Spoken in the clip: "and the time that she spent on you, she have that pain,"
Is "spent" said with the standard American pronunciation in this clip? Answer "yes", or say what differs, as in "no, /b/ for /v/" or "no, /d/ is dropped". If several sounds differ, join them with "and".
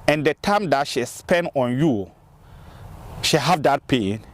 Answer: no, /t/ is dropped